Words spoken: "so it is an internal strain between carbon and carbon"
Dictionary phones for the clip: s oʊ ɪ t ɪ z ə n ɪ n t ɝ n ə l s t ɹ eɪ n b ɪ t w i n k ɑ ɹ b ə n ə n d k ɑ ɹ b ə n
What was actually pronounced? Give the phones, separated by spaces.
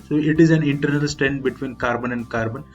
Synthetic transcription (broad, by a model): s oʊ ɪ t ɪ z ə n ɪ n t ɝ n ə l s t eɪ n b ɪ t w i n k ɑ ɹ b ə n ə n d k ɑ ɹ b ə n